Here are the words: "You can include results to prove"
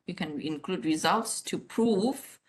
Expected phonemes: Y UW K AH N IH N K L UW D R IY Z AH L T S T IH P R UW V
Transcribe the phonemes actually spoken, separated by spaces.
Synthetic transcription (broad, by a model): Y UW K AH N IH N K L UW D R IY Z AH L T S T IH P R UW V